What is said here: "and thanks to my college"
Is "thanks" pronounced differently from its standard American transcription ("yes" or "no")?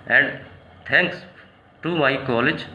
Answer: yes